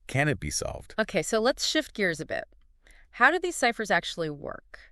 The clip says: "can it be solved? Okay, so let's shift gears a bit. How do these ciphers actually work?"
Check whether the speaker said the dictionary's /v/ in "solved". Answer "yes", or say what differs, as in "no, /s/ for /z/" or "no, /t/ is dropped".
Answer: yes